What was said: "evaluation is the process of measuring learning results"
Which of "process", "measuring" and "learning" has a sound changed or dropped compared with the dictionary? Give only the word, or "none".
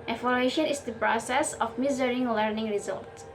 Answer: measuring